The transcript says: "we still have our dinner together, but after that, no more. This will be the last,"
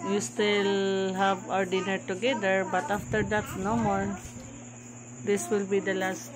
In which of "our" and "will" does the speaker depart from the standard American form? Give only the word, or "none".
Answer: none